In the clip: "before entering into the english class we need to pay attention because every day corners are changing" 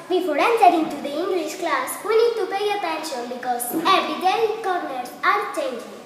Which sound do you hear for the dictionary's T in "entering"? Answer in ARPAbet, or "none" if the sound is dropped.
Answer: S